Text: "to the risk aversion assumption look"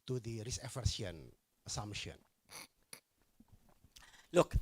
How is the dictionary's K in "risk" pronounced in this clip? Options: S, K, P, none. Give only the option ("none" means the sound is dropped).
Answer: none